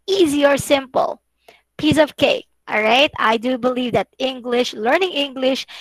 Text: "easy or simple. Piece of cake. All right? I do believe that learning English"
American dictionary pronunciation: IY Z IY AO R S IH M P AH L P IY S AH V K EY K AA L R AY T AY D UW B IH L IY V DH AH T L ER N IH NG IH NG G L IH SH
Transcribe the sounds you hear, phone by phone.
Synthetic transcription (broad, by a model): IY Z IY AO R S IH M P AH L P IY S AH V K EY K AA L R AY T AY D UW B IH L IY V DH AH T L ER N IH NG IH NG G L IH SH